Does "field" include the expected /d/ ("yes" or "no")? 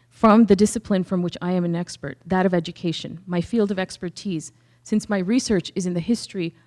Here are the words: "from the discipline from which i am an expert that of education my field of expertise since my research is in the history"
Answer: yes